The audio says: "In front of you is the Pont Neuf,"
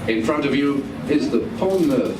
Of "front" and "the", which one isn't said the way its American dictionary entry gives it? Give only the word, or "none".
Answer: none